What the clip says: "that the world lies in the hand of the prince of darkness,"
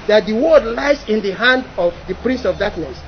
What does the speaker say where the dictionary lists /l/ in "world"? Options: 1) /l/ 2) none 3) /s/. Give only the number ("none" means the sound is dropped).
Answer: 2